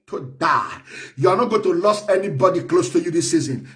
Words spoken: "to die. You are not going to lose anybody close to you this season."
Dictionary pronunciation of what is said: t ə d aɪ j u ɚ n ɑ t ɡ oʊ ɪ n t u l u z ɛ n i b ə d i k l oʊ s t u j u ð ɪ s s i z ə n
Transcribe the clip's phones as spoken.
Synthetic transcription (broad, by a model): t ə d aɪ j u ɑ n ɑ t ɡ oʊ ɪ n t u l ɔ s ɛ n i b ə d i k l oʊ s t u j u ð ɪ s s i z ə n